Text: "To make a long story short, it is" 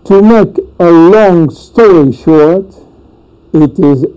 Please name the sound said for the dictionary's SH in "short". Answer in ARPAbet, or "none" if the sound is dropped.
SH